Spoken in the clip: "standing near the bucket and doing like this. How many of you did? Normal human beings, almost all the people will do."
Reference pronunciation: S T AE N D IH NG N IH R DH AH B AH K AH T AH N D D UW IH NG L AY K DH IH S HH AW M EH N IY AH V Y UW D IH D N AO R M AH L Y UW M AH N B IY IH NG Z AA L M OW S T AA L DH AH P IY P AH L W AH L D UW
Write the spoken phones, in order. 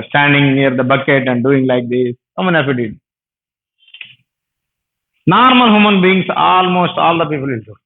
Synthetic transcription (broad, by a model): S T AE N D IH NG N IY R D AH B AH K AH T AH N D D UW IH NG L AY K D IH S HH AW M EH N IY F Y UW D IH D N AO R M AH L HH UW M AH N B IY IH NG S AA L M OW S T AA L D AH P IY P AH L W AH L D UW